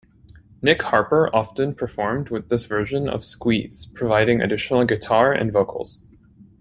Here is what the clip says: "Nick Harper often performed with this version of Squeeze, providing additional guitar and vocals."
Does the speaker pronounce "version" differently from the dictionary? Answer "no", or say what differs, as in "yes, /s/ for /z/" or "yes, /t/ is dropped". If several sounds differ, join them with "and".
no